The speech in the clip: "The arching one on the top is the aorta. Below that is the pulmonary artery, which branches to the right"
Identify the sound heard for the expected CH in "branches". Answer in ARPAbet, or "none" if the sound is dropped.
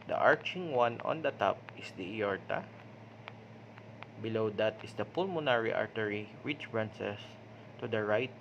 S